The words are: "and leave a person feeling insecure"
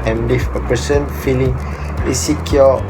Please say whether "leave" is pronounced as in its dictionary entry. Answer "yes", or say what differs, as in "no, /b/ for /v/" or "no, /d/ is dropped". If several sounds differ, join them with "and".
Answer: no, /f/ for /v/